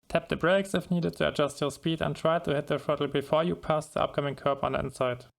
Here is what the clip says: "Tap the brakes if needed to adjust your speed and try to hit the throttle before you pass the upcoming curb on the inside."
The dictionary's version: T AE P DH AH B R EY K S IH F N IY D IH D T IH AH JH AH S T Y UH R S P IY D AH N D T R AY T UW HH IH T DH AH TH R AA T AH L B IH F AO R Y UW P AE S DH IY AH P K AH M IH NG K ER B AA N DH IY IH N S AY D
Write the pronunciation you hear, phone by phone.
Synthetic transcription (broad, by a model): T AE P DH AH B R EY K S IH F N IY D IH D T IH AH JH AH S T Y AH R S P IY D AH N T R AY T UW HH IH T DH AH F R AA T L B IH F AO R Y UW P AE S DH IY AH P K AH M IH NG K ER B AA N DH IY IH N S AY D